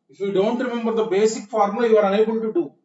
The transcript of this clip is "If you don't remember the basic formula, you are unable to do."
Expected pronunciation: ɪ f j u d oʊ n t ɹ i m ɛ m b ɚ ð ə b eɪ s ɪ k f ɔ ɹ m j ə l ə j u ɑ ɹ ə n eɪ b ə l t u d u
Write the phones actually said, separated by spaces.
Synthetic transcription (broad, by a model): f j u d oʊ n t ɹ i m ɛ m b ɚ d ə b eɪ s ɪ k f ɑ ɹ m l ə ə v ɑ ɹ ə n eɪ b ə n t u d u